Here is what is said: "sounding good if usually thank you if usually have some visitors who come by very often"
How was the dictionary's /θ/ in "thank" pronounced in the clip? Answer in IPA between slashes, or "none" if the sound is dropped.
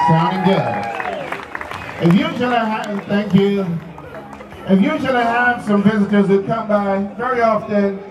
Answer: /θ/